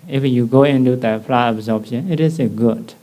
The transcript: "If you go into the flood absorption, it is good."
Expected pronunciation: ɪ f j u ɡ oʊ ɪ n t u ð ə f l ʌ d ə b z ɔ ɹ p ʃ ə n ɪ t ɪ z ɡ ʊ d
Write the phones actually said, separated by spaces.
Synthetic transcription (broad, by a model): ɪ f j u ɡ oʊ ɪ n t u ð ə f l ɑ ə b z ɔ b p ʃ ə n ɪ t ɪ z ɡ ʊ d